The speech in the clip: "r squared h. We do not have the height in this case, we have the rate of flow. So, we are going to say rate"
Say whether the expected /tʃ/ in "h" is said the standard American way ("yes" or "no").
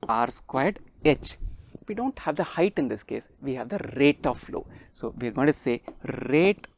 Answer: yes